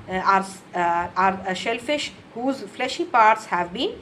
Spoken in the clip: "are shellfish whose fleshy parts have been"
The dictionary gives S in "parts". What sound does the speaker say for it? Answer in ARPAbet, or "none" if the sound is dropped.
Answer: S